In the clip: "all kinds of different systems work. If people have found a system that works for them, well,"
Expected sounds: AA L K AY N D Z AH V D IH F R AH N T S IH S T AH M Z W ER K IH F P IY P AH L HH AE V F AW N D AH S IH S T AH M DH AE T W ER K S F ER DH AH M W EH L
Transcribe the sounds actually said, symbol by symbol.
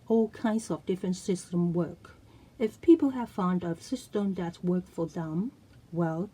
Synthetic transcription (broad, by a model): AA L K AY N D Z AH V D IH F R AH N T S IH S T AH M W ER K IH F P IY P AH L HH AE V F AW N D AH S IH S T AH M DH AE T W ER K F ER DH AH M W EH L